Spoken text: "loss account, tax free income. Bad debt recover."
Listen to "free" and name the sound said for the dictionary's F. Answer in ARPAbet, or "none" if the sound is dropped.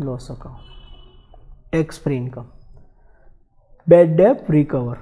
P